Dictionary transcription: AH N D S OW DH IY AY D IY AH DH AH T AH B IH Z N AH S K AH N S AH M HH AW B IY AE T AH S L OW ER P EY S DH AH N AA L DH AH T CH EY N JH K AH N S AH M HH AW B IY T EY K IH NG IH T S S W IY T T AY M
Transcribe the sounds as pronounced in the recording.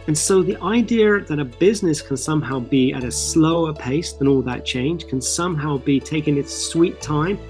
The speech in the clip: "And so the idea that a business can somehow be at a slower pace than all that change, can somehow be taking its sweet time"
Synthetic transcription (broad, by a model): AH N S OW DH IY AY D IY AH DH AH T AH B IH Z N AH S K AH N S AH M HH AW B IY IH T AH S L OW ER P EY S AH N AA L DH AH T CH EY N ZH K AH N S AH M HH AW B IY T EY K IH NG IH T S S W IY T T AY M